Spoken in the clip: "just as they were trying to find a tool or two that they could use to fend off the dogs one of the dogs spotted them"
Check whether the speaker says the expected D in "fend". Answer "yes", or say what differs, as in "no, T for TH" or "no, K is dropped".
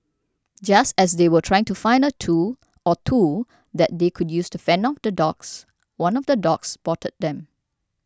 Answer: no, D is dropped